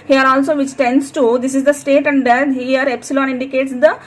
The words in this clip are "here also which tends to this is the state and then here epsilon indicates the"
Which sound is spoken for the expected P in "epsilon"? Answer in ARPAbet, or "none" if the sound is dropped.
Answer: P